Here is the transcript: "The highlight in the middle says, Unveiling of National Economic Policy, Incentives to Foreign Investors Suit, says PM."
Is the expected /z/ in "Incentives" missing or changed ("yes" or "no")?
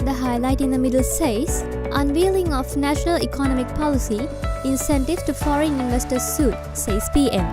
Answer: yes